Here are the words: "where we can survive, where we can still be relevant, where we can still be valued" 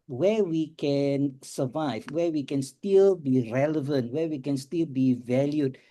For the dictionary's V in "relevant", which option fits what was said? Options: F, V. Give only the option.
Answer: V